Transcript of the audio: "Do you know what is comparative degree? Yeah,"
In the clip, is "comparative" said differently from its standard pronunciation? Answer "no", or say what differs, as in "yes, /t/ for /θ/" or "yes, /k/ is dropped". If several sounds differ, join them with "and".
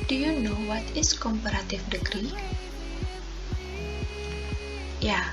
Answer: yes, /f/ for /v/